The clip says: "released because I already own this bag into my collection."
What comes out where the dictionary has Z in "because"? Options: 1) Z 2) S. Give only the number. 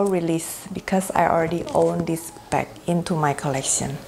2